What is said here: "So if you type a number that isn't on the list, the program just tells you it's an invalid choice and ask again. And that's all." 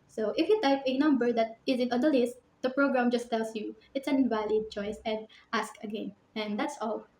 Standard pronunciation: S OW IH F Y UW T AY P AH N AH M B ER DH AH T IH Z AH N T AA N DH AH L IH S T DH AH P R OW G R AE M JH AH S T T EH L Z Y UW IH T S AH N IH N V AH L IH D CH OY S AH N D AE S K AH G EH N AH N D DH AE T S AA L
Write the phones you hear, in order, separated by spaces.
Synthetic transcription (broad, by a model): S OW IH F Y UW T AY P AH N AH M B ER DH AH T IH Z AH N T AA N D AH L IH S T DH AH P R OW G R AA M JH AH S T T EH L S Y UW IH T S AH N N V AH L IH D CH OY S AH N D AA S K AH G EH N AH N D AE T S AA L